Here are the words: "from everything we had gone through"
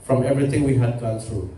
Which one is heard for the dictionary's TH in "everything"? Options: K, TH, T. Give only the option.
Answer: T